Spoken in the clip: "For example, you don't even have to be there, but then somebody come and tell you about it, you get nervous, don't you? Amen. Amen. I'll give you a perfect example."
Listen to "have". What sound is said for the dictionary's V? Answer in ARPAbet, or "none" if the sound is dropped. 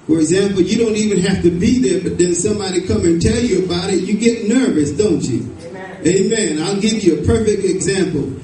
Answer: F